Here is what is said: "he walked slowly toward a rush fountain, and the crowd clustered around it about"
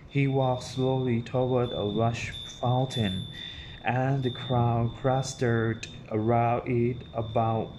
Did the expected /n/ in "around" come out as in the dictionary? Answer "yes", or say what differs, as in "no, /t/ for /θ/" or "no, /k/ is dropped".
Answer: no, /n/ is dropped